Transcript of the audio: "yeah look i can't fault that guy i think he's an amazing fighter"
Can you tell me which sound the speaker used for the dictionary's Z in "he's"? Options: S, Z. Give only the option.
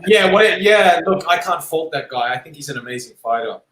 Z